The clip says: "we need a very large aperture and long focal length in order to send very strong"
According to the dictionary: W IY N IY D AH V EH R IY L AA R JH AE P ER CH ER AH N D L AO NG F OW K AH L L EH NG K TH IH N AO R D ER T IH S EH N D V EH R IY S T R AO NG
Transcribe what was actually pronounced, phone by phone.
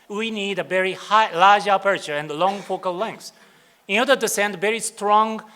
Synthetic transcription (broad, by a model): W IY N IY D AH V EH R IY L AA R JH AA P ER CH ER AH N D L AO NG F OW K AH L L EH NG K S IH N AO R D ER T IH S EH N D V EH R IY S T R AO NG